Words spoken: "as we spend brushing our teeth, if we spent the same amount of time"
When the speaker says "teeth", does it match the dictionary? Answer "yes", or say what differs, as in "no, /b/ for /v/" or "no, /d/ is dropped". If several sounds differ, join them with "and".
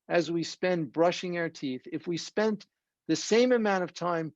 yes